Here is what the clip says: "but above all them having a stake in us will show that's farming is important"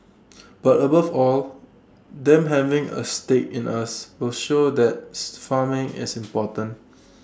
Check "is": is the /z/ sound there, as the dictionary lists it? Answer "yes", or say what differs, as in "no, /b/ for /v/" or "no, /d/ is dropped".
no, /s/ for /z/